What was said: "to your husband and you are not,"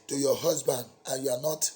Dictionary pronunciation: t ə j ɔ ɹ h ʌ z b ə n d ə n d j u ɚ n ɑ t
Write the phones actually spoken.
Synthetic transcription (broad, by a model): t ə j ɔ h ʌ z b ə n d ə n j u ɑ n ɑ t